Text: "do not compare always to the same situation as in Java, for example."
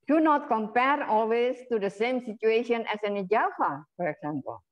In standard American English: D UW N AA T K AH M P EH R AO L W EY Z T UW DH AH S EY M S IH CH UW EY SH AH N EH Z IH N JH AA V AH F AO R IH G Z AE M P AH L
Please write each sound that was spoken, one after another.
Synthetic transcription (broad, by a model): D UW N AA T K AH M P EH R AO L W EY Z T UW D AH S EY M S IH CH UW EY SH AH N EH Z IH N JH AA F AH F AO R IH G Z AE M P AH L